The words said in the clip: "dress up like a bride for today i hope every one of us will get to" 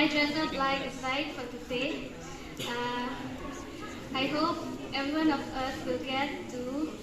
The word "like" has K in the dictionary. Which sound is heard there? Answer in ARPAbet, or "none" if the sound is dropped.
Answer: none